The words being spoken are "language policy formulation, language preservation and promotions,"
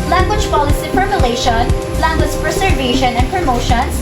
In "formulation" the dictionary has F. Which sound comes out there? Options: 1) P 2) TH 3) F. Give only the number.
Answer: 1